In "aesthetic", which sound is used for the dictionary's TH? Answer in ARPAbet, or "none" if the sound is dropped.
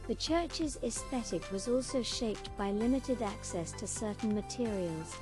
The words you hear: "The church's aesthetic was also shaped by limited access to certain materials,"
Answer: TH